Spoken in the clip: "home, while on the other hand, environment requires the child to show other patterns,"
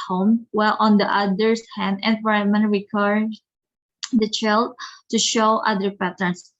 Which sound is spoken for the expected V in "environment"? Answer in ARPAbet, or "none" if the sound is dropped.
F